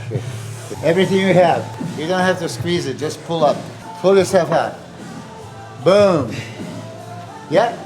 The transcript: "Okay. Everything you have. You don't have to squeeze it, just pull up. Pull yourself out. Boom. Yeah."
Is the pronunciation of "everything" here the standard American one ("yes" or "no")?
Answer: yes